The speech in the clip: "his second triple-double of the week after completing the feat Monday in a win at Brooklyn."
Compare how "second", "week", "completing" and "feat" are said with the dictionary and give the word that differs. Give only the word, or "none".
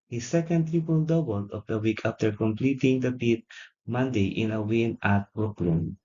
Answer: feat